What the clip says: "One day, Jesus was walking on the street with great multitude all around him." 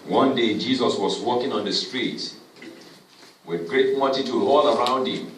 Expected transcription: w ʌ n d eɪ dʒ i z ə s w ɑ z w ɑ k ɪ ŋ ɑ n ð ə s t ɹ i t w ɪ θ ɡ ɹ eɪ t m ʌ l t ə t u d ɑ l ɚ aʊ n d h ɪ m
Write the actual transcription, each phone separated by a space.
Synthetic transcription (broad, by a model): w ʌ n d eɪ dʒ i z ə s w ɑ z w ɑ k ɪ ŋ ɑ n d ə s t ɹ i t w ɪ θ ɡ ɹ eɪ t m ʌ t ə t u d ɑ l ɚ aʊ n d h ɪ m